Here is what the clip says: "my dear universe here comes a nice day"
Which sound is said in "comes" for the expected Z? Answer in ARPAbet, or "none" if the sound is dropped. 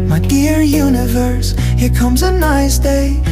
Z